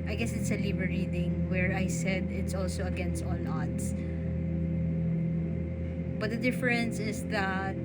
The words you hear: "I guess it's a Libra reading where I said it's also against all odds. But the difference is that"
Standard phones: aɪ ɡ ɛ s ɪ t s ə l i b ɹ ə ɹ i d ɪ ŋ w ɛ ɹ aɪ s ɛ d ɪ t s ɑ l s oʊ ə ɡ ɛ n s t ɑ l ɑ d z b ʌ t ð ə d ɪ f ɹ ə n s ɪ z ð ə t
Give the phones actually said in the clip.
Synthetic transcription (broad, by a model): aɪ ɡ ɛ s ɪ t s ə l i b ə ɹ i d ɪ ŋ w ɛ ɹ aɪ s ɛ d ɪ t s ɑ l s oʊ ə ɡ ɛ n s t ɑ l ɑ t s b ʌ t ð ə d ɪ f ɹ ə n s ɪ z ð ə t